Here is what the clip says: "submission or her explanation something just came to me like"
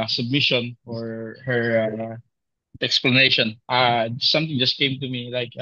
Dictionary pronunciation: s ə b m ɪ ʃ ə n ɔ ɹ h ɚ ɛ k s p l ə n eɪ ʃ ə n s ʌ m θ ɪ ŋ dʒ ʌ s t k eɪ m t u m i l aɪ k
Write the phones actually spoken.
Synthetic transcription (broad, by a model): s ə b m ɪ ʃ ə n ɔ ɹ h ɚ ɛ k s p l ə n eɪ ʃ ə n s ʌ m t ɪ ŋ dʒ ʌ s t k eɪ m t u m i l aɪ k